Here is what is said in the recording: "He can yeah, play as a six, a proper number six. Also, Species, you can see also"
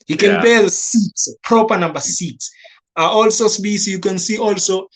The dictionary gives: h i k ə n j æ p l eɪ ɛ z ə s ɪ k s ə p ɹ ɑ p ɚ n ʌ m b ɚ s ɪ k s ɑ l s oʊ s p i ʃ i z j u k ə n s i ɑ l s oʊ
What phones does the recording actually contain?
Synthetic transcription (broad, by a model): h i k ə n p eɪ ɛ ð ə s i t s p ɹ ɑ p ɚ n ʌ m b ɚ s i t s ɑ l s oʊ s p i s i j u k ə n s i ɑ l s oʊ